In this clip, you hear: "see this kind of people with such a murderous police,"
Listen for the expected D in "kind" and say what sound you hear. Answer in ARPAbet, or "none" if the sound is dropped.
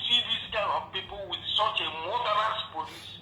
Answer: none